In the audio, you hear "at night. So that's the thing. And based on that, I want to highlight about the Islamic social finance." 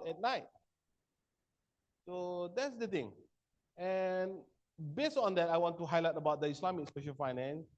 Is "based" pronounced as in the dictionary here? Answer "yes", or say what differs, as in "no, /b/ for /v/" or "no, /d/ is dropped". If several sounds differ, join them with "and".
yes